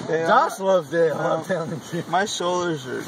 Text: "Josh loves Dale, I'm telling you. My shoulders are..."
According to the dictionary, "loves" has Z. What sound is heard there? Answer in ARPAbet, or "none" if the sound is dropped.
none